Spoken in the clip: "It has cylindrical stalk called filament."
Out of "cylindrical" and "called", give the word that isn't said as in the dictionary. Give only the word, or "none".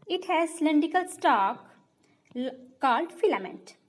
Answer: cylindrical